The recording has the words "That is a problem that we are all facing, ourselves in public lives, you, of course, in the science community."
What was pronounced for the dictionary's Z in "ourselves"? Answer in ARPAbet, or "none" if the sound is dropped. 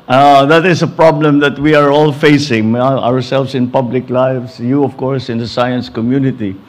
S